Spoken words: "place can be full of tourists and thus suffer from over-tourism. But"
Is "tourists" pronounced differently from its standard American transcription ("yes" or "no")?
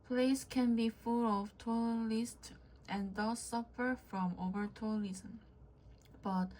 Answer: yes